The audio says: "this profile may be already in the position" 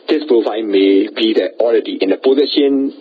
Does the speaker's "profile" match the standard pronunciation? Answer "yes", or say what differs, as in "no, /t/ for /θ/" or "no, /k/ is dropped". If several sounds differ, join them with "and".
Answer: no, /n/ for /l/